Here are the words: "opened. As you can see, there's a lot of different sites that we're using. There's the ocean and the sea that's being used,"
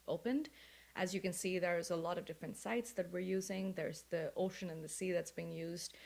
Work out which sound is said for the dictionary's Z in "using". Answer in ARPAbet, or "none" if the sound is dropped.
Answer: Z